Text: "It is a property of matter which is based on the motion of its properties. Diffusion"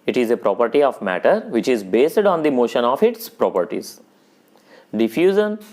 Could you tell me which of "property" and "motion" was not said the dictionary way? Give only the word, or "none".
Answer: none